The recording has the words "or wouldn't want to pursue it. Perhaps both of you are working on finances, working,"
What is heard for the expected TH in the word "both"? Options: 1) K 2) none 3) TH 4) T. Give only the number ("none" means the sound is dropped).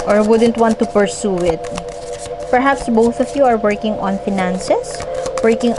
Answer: 3